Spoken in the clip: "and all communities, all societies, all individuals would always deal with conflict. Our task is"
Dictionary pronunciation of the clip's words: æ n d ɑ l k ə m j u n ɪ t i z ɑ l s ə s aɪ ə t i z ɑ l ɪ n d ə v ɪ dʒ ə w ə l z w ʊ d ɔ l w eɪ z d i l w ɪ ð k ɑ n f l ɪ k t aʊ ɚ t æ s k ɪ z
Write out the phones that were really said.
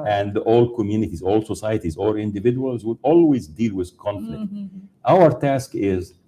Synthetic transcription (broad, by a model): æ n d ɑ l k ə m j u n ɪ t i z ɑ l s ə s aɪ ə t i z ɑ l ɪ n d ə v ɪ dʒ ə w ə l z w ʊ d ɔ l w eɪ z d i l w ɪ ð k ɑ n f l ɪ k t aʊ ɚ t æ s k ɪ z